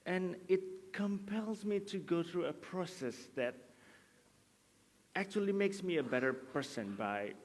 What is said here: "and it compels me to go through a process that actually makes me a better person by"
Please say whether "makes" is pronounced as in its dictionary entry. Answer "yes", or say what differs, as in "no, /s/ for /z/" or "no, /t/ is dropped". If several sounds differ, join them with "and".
yes